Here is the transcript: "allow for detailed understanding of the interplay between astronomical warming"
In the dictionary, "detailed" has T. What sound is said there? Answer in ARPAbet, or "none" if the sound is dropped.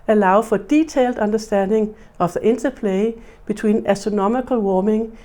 S